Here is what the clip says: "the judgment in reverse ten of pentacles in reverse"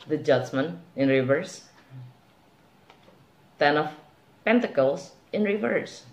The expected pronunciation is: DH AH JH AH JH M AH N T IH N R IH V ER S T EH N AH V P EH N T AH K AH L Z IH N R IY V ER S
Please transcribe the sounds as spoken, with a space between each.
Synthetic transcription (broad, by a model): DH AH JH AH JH M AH N IH N R IH V ER S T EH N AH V P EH N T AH K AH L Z IH N R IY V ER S